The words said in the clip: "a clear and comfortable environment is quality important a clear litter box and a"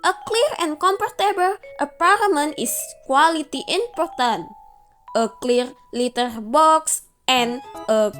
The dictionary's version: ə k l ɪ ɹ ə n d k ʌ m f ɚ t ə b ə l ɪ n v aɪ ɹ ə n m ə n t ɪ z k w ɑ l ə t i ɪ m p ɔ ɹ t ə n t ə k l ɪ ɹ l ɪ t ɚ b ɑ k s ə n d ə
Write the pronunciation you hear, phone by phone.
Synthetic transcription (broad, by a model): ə k l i ɹ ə n k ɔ m p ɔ t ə b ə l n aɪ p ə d m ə n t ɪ s k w ɑ l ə t i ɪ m p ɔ ɹ t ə n t ə k l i ɹ l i t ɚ b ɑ k s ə n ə